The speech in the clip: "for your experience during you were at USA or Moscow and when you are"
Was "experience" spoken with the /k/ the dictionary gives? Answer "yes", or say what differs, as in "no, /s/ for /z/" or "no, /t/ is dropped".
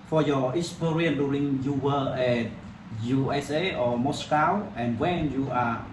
no, /k/ is dropped